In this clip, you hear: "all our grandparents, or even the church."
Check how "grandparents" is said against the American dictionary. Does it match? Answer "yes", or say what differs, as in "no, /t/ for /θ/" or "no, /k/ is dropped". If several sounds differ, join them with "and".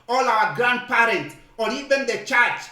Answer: no, /s/ is dropped